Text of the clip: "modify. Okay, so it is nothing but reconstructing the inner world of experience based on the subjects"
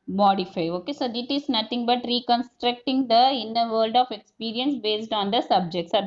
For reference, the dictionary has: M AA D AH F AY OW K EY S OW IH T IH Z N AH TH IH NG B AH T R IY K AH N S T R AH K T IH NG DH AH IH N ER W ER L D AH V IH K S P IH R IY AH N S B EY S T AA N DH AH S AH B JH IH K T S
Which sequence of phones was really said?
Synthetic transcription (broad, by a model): M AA D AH F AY OW K EY S OW IH T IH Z N AH T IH NG B AH T R IY K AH N S T R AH K T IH NG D AH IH N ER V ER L D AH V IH K S P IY R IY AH N S B EY S T AA N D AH S AH B JH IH K T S